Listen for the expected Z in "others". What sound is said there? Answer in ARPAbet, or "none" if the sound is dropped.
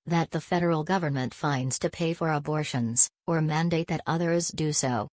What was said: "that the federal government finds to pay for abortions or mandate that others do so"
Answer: Z